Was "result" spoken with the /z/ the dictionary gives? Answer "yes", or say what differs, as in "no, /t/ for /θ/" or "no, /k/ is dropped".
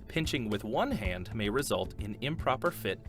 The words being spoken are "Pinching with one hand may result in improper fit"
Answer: yes